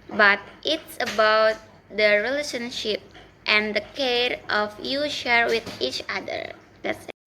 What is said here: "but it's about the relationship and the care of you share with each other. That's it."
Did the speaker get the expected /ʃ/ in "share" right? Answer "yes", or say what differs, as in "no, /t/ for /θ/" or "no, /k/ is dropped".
yes